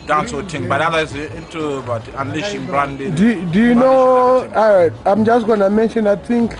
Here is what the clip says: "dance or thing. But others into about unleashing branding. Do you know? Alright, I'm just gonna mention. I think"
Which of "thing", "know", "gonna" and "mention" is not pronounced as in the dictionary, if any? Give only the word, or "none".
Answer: thing